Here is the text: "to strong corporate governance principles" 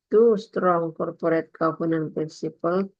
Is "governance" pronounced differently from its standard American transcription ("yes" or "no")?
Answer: yes